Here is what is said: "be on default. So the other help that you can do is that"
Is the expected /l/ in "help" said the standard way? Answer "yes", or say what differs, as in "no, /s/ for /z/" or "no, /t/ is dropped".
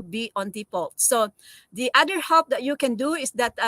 no, /l/ is dropped